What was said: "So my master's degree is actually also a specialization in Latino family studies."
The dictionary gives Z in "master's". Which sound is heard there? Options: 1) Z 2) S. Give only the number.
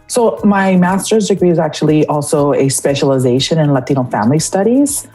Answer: 1